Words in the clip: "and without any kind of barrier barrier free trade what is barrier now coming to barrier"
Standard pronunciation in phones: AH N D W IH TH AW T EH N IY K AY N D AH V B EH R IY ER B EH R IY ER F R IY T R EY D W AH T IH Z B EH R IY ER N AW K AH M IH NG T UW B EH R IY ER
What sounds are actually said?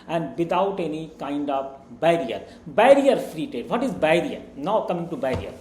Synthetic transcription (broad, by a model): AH N D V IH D AW T EH N IY K AY N D AH V B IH R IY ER B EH R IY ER F R IY T EY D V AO T IH Z B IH R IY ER N AW K AH M IH NG T UW B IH R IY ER